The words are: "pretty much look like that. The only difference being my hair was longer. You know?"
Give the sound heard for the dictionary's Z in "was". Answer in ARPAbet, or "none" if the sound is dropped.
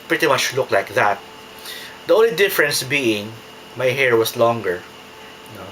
S